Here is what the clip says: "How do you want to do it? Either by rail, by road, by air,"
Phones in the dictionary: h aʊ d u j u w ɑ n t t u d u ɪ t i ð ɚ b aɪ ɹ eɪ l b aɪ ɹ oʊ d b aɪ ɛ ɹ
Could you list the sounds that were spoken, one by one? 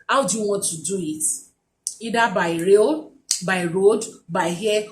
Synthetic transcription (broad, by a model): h aʊ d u j u w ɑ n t t u d u ɪ t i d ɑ b aɪ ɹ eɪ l b aɪ ɹ oʊ d b aɪ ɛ